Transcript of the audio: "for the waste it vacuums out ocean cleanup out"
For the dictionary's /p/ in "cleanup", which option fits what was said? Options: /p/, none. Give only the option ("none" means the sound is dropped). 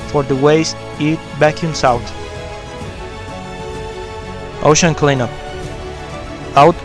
none